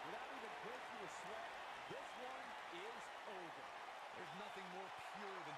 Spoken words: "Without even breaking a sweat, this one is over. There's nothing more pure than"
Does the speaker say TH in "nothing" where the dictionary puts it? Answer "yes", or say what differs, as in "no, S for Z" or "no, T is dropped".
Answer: yes